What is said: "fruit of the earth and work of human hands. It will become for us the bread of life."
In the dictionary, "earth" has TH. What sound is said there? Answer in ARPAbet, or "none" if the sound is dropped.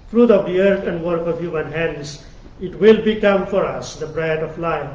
T